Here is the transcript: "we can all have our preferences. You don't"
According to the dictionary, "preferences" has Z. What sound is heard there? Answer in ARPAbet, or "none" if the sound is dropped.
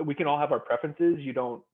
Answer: Z